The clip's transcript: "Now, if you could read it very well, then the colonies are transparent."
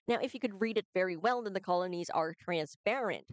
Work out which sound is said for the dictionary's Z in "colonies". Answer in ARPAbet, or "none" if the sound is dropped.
Z